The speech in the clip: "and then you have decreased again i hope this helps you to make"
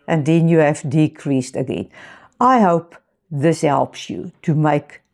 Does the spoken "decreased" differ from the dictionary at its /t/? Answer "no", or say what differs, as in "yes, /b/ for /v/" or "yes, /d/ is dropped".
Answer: no